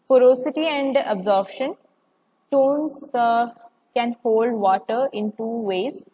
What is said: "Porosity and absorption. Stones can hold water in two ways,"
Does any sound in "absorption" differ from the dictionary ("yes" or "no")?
yes